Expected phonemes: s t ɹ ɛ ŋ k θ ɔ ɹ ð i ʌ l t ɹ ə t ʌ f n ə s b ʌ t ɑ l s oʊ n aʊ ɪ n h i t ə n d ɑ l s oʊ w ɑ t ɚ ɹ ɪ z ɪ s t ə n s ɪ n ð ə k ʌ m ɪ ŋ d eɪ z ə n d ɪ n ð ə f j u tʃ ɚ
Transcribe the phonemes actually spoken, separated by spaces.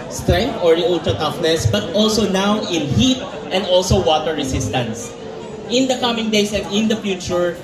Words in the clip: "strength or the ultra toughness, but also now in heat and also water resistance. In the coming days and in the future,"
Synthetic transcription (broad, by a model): s t ɹ ɛ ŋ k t ɔ ɹ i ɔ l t ə t ʌ f n ə s b ʌ t ɑ l s oʊ n aʊ ɪ n h i t ə n d ɑ l s oʊ w ɑ t ɚ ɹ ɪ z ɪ s t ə n s ɪ n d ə k ʌ m ɪ ŋ d eɪ s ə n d ɪ n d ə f j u tʃ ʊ